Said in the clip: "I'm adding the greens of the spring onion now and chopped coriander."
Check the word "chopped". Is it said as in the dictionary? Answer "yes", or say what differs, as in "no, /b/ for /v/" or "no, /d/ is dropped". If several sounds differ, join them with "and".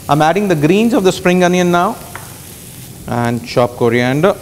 no, /ʃ/ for /tʃ/